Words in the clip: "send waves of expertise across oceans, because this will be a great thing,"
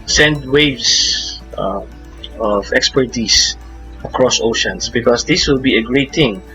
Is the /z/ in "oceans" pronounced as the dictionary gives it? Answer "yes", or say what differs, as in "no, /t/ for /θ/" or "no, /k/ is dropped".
no, /s/ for /z/